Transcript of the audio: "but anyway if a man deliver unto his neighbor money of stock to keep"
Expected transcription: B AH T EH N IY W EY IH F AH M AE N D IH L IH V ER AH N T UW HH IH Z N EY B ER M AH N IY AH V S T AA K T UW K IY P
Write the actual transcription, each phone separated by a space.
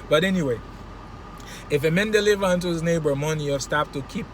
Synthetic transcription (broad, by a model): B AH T EH N IY W EY IH F AH M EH N D IH L IH V ER AH N T UW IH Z N EY B ER M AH N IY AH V S T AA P T UW K IY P